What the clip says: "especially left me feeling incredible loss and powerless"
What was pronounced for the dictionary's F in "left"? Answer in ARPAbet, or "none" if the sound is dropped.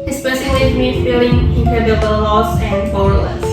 none